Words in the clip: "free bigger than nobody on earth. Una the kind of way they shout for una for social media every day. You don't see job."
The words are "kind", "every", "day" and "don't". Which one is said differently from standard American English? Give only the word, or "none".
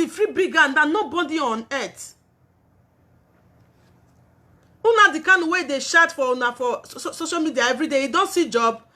kind